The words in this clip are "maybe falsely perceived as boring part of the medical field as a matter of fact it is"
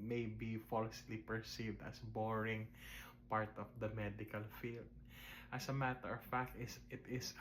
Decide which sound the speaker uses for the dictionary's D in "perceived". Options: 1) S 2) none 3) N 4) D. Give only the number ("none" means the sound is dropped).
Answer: 4